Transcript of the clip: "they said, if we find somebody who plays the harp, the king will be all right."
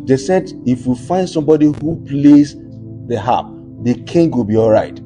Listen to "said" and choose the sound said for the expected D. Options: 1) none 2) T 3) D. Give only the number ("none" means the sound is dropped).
3